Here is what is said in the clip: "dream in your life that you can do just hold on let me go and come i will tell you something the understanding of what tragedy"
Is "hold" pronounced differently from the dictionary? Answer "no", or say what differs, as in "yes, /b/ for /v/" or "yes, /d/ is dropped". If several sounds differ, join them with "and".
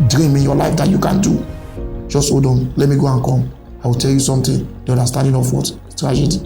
yes, /l/ is dropped